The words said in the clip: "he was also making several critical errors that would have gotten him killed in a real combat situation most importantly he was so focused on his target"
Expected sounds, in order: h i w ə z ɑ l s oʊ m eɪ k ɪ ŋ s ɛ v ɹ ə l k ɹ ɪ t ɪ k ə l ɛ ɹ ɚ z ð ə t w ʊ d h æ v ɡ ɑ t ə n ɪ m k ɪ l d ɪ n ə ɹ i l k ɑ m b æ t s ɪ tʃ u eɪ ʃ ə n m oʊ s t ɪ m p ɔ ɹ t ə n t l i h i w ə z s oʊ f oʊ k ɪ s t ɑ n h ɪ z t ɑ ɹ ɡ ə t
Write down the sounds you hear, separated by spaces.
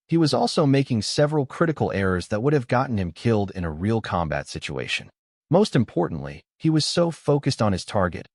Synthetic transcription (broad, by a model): h i w ə z ɑ l s oʊ m eɪ k ɪ ŋ s ɛ v ɹ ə l k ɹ ɪ t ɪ k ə l ɛ ɹ ɚ z ð ə t w ʊ d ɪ v ɡ ɑ t n ɪ m k ɪ l d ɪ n ə ɹ i l k ɑ m b æ t s ɪ tʃ u eɪ ʃ ə n m oʊ s t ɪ m p ɔ ɹ t n t l i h i w ə z s oʊ f oʊ k ɪ s t n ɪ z t ɑ ɹ ɡ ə t